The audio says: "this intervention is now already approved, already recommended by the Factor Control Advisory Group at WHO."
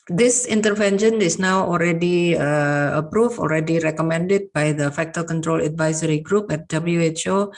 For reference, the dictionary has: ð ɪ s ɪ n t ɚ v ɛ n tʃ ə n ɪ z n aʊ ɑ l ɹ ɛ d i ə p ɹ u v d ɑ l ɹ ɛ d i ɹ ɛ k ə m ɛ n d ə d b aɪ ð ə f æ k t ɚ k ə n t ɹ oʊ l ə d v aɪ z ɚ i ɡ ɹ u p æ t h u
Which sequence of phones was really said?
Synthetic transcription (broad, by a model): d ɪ s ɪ n t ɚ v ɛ n ʃ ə n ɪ s n aʊ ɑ l ɹ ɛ d i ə p ɹ u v ɑ l ɹ ɛ d i ɹ ɛ k ə m ɛ n d ə d b aɪ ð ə f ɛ k t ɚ k ə n t ɹ oʊ l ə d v aɪ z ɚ i ɡ ɹ u p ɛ t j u